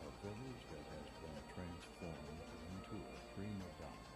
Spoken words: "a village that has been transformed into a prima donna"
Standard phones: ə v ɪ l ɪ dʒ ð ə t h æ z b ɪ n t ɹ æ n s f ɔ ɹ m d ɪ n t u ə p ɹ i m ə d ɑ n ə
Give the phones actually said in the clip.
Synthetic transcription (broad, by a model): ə v ɪ l ɪ dʒ ð ə t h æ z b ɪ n t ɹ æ n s f ɔ ɹ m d ɪ n t u ə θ ɹ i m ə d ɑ